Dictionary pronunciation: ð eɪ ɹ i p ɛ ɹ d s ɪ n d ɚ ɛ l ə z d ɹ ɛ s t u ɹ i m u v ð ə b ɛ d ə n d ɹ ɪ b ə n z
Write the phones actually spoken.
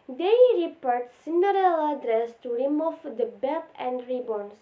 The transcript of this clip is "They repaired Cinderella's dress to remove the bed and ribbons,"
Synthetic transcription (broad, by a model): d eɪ ɹ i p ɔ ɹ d s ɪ n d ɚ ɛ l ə d ɹ ɛ s t u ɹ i m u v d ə b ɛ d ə n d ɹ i b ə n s